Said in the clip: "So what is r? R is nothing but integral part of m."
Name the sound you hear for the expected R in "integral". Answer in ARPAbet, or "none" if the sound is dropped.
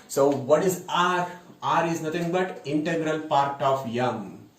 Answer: R